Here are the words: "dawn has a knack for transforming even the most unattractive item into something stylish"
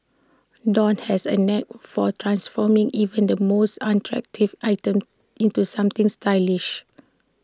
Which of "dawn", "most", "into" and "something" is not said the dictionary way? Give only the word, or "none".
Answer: something